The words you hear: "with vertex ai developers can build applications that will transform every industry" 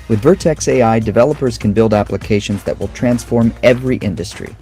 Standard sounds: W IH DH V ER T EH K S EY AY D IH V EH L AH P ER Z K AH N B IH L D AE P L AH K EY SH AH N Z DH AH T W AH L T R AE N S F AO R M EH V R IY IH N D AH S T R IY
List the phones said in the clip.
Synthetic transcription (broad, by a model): W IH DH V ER T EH K S EY AY D IH V EH L AH P ER Z K AH N B IH L D AE P L AH K EY SH AH N Z DH AH T W AH L T R AE N S F AO R M EH V R IY IH N D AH S T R IY